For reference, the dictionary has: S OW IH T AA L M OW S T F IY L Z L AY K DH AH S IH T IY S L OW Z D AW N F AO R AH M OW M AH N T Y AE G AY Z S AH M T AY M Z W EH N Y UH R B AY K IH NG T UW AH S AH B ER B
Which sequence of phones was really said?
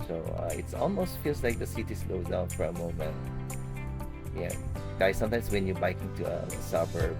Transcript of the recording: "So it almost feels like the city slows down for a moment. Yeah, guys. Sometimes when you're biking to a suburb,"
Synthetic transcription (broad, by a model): S OW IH T AA L M OW S T F IY L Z L AY K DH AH S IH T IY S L OW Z D AW N F AO R AH M OW M AH N T Y AE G AY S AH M T AY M S W EH N Y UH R B AY K IH NG T UW AH S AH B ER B